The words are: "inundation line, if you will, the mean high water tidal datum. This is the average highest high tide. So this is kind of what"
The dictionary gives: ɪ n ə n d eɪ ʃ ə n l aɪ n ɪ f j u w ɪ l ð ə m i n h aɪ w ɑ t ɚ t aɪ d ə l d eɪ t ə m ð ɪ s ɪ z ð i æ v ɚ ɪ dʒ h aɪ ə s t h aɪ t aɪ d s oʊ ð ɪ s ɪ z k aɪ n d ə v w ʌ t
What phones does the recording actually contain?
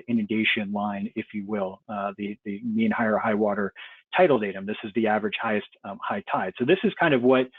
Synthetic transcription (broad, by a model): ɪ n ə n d eɪ ʃ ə n l aɪ n ɪ f j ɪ w ɪ l ð ə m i n h aɪ w ɑ t ɚ t aɪ d l d eɪ t ə m ð ɪ s ɪ z ð i æ v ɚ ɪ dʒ h aɪ ə s t h aɪ t aɪ d s oʊ ð ɪ s ɪ z k aɪ n d ə v w ʌ t